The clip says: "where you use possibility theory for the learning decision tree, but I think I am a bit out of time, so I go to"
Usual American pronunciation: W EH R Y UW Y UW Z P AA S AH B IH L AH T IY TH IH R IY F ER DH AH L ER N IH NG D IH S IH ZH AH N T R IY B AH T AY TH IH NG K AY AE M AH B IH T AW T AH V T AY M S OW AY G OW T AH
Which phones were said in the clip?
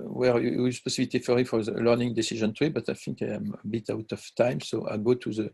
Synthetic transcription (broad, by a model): W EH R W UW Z P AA S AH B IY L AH T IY F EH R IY F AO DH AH L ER N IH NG D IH S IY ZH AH N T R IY B AH T AY F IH NG K AY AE M AH B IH T AW T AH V T AY M S OW AY G OW T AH